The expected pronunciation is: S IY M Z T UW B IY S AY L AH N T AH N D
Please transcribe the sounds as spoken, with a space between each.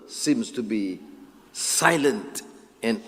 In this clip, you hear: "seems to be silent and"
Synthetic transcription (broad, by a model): S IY M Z T UW B IY S AY L AH N T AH N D